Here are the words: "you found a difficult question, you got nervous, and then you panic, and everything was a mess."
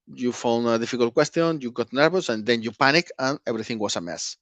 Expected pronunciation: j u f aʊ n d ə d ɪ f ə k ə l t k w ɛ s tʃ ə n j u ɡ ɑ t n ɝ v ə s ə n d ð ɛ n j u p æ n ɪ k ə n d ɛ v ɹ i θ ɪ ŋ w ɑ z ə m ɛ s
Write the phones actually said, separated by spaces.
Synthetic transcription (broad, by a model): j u f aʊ n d ə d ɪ f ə k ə l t k w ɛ s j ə n j u ɡ ɑ t n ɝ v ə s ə n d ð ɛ n j u p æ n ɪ k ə n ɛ b ɹ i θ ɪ ŋ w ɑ s ə m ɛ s